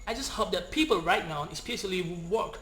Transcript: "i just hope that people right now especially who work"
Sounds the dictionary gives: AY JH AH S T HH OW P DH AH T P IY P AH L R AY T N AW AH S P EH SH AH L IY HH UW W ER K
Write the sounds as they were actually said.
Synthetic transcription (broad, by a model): AY JH AH S T HH OW P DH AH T P IY P AH L R AY T N AW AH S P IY S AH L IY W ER K